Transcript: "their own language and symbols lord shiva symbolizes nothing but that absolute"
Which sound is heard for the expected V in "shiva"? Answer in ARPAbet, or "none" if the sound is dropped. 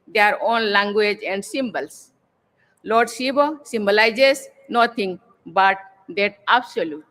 B